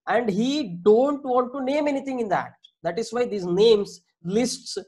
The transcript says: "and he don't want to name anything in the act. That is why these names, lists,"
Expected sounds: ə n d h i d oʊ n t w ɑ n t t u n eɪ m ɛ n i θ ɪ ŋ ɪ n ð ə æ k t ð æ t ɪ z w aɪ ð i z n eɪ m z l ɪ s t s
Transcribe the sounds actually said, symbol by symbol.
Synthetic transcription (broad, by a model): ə n d h i d oʊ n t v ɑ n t t u n eɪ m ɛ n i t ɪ ŋ ɪ n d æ t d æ t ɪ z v aɪ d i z n eɪ m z l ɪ s t s